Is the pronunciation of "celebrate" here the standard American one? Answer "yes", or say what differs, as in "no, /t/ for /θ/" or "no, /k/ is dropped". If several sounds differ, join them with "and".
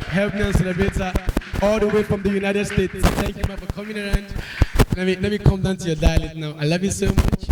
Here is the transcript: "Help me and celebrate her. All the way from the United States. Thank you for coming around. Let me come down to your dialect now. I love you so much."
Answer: no, /ɹ/ is dropped